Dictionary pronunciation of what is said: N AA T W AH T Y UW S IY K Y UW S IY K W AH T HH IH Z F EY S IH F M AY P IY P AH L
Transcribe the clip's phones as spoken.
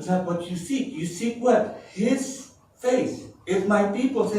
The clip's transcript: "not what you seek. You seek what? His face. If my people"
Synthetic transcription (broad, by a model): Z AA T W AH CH Y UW S IY K Y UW S IY K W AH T HH IH Z F EY S IH F M AY P IY P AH L